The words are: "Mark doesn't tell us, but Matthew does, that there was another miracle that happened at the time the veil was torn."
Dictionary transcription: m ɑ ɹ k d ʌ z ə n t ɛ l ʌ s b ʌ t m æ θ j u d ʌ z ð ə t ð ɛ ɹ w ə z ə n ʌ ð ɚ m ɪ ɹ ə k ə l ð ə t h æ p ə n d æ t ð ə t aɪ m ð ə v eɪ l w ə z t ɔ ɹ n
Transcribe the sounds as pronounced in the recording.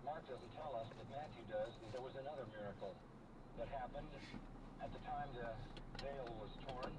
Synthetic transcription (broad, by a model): m ɑ ɹ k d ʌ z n t ɛ l ʌ s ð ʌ t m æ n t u d ʌ z ð ə t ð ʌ ɹ w ə z ə n ʌ ð ɚ m ɪ ɹ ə k l ð ə t h æ p ə n d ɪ t ð ə t aɪ m ð ə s eɪ l w ə z t ɔ ɹ n